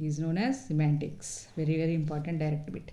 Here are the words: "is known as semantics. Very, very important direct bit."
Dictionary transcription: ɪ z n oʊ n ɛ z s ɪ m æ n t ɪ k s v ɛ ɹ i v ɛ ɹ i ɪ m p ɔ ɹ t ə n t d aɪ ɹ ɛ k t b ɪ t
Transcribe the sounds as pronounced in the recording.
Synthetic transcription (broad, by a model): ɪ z n oʊ n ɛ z s ɪ m æ n t ɪ k s v ɛ ɹ i v ɛ ɹ i ɪ m p ɔ ɹ t ə n t d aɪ ɹ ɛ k t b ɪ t